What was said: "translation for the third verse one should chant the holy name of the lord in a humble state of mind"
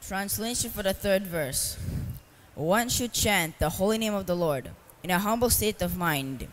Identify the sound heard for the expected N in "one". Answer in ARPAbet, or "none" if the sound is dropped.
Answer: N